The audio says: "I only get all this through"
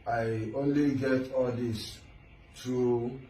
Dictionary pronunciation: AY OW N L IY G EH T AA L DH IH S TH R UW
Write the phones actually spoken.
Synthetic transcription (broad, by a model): AY OW N L IY G EH T AA L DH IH S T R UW